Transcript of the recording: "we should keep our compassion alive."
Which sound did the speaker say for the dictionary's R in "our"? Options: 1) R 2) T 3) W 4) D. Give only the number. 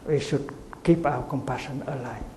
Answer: 3